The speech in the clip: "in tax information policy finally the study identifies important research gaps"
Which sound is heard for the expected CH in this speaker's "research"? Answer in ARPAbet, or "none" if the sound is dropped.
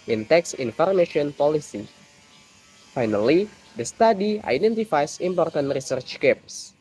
CH